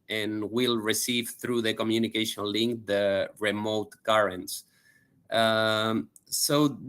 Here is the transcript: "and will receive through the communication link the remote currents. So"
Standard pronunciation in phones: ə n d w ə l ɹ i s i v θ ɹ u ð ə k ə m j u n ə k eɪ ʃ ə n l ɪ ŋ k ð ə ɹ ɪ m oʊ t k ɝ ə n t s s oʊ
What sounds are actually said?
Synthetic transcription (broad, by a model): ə n w ə l ɹ i s i v θ ɹ u ð ə k ə m j u n ə k eɪ ʃ ə n l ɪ ŋ k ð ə ɹ ɪ m oʊ t k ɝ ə n t s s oʊ